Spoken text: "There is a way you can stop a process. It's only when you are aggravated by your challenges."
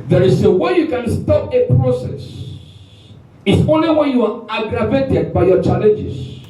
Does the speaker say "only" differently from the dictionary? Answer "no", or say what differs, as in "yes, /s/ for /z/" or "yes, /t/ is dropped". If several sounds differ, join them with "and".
no